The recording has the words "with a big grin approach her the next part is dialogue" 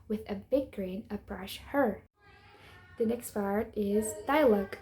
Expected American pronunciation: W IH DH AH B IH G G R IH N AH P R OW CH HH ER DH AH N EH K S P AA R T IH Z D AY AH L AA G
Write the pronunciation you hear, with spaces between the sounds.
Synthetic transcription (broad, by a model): W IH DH AH B IH G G R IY N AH B R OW SH HH ER DH AH N EH K S P AA R T IH Z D AY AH L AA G